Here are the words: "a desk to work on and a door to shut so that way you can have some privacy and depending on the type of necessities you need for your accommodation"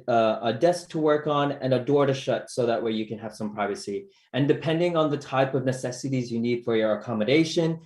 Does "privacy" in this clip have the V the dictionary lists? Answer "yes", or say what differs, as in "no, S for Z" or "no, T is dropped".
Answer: yes